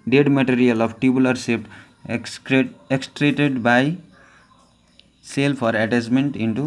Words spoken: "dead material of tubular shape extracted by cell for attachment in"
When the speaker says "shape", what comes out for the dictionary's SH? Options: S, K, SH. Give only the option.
S